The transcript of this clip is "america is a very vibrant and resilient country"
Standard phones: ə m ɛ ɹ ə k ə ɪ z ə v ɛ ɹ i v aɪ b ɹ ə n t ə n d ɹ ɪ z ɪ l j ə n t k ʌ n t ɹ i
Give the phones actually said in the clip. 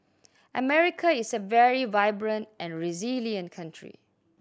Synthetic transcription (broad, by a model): ə m ɛ ɹ ə k ə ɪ s ə v ɛ ɹ i v aɪ b ɹ ə n t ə n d ɹ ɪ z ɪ l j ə n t k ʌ n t ɹ i